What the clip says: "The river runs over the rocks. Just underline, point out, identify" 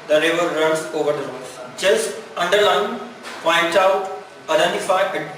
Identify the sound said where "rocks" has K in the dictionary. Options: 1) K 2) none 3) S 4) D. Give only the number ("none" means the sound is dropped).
2